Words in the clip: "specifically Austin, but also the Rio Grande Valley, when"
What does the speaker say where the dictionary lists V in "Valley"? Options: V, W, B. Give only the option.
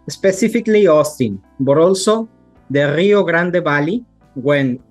B